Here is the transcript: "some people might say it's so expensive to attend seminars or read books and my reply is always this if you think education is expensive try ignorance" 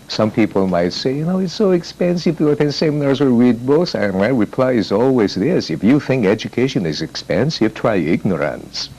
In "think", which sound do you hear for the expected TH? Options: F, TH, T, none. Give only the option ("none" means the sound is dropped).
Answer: TH